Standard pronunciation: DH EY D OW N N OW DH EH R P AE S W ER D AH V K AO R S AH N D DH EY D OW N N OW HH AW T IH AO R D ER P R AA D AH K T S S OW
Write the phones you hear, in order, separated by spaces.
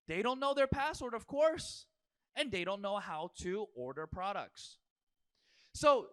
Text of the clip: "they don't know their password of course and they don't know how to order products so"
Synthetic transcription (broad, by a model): DH EY D OW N N OW DH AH R P AE S W ER D AH V K AO R S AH N DH EY D OW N N OW HH AW T IH AO R D ER P R AA D AH K T S S OW